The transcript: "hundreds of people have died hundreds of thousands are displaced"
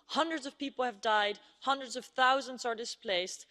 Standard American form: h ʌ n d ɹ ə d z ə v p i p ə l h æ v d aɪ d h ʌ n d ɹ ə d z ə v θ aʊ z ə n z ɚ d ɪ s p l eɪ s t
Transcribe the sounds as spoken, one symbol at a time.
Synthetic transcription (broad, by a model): h ʌ n d ɹ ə d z ə v p i p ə l h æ v d aɪ d h ʌ n d ɹ ə d z ə v θ aʊ z ə n z ɚ d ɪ s p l eɪ s t